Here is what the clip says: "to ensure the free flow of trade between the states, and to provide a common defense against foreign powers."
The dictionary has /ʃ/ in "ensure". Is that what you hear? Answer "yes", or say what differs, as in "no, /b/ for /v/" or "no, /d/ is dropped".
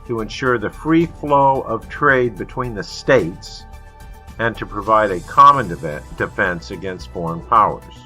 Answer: yes